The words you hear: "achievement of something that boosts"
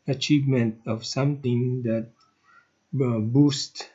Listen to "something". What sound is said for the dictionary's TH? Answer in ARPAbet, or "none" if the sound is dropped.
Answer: T